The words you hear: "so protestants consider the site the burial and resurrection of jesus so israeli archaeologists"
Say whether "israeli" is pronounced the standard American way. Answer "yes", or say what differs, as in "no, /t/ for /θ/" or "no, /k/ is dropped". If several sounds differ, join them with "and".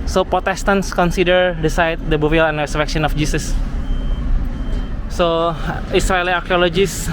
no, /s/ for /z/